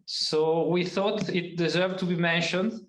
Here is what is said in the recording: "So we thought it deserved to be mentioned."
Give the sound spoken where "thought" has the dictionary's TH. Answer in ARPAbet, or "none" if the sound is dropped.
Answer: TH